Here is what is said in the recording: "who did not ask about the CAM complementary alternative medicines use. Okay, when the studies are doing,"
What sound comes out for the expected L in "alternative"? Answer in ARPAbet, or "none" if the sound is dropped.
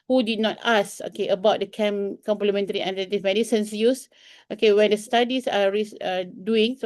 N